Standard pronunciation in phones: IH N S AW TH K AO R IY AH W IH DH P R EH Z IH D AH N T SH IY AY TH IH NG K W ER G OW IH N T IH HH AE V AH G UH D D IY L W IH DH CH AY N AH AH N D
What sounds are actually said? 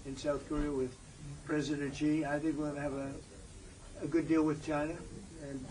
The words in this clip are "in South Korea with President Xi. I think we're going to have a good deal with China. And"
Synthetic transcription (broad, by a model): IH N S AW TH K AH R IY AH W IH DH P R EH Z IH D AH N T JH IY AY TH IH NG K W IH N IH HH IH V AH G UH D D IY L W IH DH CH AY N AH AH N